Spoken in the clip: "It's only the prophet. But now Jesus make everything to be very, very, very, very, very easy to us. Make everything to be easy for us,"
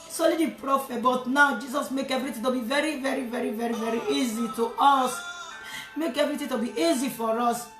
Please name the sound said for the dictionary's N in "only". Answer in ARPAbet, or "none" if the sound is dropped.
none